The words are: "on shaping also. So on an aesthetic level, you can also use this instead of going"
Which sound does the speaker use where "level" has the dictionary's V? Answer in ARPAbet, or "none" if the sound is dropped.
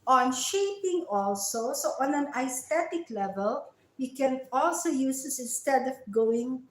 V